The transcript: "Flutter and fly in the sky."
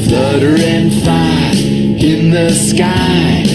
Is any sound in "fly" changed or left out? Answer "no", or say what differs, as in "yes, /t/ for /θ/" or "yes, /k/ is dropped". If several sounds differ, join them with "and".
yes, /l/ is dropped